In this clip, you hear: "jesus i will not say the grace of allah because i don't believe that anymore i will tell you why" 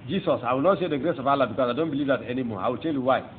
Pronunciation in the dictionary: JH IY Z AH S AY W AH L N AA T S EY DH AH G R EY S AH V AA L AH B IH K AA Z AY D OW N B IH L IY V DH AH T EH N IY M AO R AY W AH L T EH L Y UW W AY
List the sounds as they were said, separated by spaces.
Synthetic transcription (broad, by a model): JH IY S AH S AY W AH L N AA T SH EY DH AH G R EY S AH V AA L AH B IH K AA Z AY D OW N B IH L IY V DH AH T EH N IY M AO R AY W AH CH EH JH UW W AY